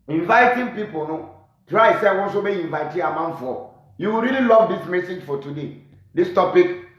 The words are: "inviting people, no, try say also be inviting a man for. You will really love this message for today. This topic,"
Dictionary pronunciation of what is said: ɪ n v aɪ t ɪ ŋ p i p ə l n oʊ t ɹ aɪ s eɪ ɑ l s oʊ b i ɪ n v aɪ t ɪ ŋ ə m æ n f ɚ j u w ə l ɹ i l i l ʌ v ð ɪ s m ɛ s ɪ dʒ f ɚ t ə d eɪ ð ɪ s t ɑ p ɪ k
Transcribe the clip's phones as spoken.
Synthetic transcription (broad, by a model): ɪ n v aɪ t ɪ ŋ p i p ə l n oʊ t ɹ aɪ s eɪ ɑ n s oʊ b i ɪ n v aɪ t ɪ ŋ ə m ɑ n f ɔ j u w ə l ɹ i l i l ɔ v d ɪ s m ɛ s ɪ dʒ f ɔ t ə d eɪ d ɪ s t ɑ p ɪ k